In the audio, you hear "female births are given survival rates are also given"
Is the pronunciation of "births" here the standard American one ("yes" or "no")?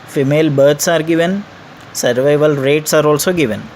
no